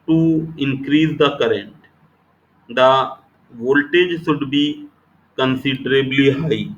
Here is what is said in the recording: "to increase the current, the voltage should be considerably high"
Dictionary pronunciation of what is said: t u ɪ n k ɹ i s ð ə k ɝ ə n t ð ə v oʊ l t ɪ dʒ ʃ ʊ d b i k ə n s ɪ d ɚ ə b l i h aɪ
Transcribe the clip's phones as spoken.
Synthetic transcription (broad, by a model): t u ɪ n k ɹ i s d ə k ɝ ə n t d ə v oʊ l t ɪ dʒ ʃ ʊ d b i k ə n s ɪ d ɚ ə b l i h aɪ